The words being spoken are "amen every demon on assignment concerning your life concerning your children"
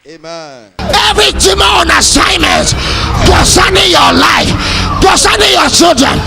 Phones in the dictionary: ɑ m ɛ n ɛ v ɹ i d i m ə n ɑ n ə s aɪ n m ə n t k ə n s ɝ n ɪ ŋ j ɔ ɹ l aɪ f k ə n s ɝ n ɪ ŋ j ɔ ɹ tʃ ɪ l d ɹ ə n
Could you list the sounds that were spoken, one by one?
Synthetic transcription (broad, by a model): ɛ ɛ v ɹ i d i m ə ɑ n ə s aɪ n m ə n t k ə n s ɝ n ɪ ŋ j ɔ l aɪ f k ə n s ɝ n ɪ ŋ j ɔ tʃ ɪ l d ɹ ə n